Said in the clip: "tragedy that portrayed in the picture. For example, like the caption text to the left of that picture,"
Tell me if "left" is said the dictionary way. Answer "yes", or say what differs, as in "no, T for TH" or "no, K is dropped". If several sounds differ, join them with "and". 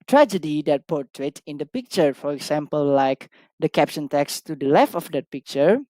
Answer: yes